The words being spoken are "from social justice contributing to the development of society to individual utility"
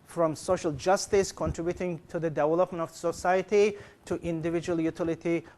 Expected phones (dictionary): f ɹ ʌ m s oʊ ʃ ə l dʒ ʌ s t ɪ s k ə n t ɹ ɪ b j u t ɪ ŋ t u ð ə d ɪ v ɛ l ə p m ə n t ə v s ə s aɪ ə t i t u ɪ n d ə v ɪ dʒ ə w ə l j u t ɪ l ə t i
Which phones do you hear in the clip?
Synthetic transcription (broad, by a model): f ɹ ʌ m s oʊ ʃ ə l dʒ ʌ s t ɪ s k ə n t ɹ ɪ b j u t ɪ ŋ t u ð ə d ɪ v ɛ l ə p m ə n t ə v s ə s aɪ ə t i t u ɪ n d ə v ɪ dʒ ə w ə l j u t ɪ l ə t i